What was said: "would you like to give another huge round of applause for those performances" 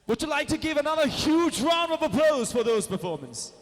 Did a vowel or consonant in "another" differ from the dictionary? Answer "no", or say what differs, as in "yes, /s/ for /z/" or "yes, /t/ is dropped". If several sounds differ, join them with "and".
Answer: no